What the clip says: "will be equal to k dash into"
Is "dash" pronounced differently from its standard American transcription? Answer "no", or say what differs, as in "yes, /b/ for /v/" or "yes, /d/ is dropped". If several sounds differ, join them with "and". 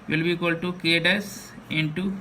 yes, /s/ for /ʃ/